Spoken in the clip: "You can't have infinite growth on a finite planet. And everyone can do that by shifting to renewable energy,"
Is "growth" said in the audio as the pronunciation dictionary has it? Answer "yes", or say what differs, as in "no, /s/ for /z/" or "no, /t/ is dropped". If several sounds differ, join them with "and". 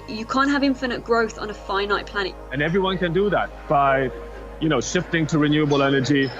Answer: yes